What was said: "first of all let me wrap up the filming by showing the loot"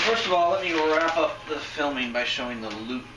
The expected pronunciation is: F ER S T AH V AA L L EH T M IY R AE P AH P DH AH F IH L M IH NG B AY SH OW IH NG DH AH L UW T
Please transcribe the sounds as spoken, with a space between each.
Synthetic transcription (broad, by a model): F ER S T AH V AA L L EH T M IY R AE P AH P DH AH F IH L M IH NG B AY SH OW IH NG DH AH L UW